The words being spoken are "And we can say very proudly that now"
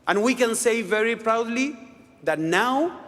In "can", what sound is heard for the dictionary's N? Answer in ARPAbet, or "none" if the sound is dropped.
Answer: N